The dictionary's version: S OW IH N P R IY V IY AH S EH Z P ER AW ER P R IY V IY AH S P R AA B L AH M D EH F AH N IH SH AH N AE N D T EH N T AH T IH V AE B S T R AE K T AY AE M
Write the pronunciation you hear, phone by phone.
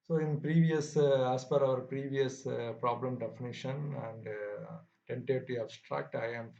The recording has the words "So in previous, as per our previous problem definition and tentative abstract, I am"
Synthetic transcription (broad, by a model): S OW IH N P R IY V IY AH S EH S P ER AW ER P R IY V IY AH S P R AA B L AH M D EH F AH N IH SH AH N AE N D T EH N T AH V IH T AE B S T R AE K T AY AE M